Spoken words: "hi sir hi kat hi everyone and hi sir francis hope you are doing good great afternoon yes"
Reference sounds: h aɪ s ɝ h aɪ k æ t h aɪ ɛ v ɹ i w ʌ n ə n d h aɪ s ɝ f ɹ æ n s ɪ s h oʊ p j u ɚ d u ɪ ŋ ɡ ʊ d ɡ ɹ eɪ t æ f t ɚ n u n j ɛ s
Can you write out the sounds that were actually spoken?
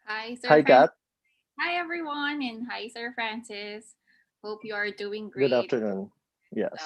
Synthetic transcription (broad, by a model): h aɪ s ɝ h aɪ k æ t h aɪ ɛ v ɹ i w ʌ n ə n h aɪ s ɝ f ɹ æ n s ɪ s h oʊ p j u ɚ d u ɪ ŋ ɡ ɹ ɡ ʊ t æ f t ɚ n u n j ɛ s